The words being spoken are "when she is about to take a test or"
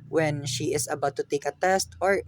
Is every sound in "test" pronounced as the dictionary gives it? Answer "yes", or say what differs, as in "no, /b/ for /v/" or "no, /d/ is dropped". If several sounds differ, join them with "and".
yes